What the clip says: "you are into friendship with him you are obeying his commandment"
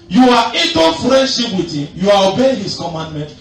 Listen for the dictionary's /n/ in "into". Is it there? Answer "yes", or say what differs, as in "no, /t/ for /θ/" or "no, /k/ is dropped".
no, /n/ is dropped